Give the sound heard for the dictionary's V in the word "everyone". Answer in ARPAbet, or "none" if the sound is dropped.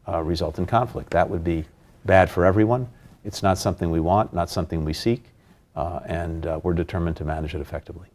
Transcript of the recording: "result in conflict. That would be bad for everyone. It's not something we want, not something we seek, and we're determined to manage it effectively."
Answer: V